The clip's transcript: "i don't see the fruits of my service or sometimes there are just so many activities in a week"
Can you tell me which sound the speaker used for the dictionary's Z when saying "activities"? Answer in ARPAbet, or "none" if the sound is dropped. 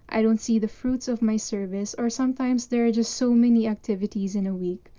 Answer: Z